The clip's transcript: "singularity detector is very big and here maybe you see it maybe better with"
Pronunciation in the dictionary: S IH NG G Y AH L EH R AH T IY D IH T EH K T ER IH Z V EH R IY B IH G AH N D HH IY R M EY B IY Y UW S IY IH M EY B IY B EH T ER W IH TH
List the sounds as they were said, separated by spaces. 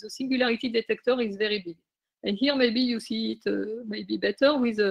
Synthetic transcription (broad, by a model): S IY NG G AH L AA R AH T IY D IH T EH K T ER IH Z V EH R IY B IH AH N HH IY R M EY B IY Y UW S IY IH M EY B IY B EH T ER W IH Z